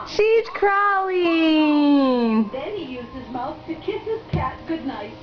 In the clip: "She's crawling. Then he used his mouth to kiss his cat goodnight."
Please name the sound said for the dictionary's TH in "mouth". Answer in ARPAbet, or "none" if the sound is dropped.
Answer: TH